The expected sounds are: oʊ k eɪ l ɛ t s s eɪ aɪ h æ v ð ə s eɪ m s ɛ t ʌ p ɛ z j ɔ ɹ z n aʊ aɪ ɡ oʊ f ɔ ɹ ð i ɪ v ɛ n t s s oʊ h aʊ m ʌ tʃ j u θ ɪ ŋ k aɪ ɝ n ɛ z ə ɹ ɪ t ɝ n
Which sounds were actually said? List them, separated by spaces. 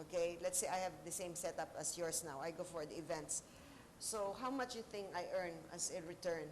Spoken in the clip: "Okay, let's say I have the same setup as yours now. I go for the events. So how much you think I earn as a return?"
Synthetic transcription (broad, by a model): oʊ k eɪ l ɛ t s s eɪ aɪ h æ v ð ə s eɪ m s ɛ t ʌ p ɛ s j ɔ ɹ s n aʊ aɪ ɡ oʊ f ɔ ɹ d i ɪ v ɛ n t s s oʊ h aʊ m ʌ tʃ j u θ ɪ ŋ aɪ ɝ n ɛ s ə ɹ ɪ t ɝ n